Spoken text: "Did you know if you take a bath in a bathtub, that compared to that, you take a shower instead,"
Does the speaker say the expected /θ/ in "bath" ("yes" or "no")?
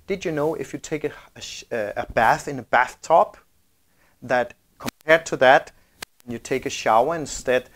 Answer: yes